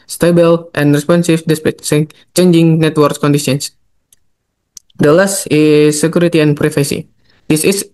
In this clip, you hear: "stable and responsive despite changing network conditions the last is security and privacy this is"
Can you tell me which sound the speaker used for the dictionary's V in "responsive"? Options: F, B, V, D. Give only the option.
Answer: F